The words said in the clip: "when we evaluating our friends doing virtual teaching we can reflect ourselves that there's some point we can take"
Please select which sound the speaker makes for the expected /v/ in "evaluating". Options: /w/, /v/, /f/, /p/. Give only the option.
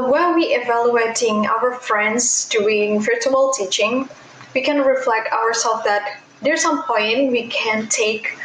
/v/